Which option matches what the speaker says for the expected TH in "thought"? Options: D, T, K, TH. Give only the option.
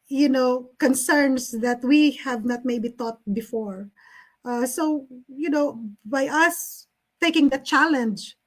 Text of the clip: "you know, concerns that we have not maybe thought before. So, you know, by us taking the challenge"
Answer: T